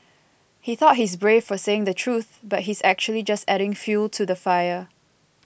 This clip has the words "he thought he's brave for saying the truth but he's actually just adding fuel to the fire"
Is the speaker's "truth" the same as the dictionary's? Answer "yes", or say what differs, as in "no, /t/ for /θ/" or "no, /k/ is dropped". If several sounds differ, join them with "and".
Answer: yes